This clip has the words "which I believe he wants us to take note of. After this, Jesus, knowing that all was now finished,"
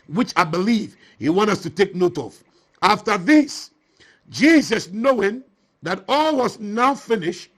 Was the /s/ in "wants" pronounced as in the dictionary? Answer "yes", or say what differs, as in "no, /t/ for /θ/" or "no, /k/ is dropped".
no, /s/ is dropped